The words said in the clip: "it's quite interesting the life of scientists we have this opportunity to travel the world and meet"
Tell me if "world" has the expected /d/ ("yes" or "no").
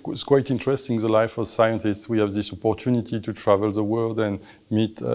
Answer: yes